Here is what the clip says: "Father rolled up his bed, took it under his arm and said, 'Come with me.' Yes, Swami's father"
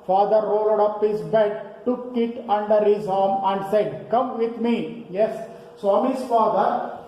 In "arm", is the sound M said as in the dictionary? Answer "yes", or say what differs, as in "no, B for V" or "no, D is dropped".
yes